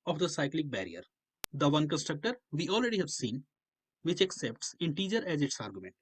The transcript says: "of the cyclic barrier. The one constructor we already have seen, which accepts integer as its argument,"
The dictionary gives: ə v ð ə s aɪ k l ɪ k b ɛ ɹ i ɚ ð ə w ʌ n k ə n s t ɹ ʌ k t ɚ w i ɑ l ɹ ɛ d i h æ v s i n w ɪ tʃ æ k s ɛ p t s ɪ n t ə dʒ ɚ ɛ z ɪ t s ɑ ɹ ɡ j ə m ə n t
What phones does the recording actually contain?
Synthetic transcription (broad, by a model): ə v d ə s aɪ k l ɪ k b ɛ ɹ i ɚ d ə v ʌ n k ə n s t ɹ ʌ k t ɚ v i ɑ l ɹ ɛ d i h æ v s i n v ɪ tʃ æ k s ɛ p t s ɪ n t ə dʒ ɚ ɛ z ɪ t s ɑ ɹ ɡ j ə m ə n t